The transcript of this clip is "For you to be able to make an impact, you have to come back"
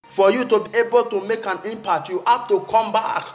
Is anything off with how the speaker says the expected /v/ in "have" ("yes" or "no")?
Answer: yes